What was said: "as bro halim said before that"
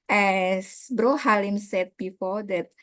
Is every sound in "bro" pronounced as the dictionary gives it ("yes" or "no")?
yes